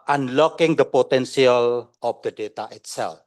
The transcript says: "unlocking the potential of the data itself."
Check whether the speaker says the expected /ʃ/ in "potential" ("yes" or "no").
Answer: no